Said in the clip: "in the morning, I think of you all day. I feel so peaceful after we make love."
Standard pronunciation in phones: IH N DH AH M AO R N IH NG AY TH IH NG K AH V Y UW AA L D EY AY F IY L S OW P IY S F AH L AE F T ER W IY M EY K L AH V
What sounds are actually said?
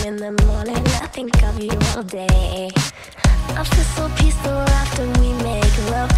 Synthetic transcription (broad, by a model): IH N DH AH M AO R N IH NG AY TH IH NG K AH V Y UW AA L D EY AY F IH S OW P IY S AH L AE F T ER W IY M EY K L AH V